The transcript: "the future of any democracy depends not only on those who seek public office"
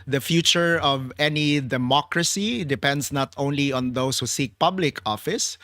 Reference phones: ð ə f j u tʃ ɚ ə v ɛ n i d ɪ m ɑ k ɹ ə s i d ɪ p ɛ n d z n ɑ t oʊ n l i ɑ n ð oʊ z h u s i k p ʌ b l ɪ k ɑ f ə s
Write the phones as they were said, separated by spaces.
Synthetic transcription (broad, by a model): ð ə f j u tʃ ɚ ə v ɛ n i d ɪ m ɑ k ɹ ə s i d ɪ p ɛ n d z n ɑ t oʊ n l i ɑ n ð oʊ s h u s i k p ʌ b l ɪ k ɑ f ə s